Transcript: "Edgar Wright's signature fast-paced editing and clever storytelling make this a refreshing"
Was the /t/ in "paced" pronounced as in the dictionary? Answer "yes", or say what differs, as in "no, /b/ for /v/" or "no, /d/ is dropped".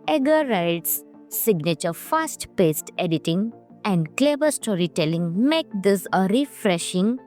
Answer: yes